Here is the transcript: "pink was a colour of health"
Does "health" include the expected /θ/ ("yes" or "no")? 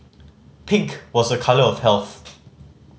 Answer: yes